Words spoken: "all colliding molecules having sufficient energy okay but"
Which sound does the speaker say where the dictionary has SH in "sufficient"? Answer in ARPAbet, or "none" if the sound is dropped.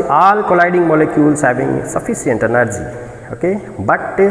S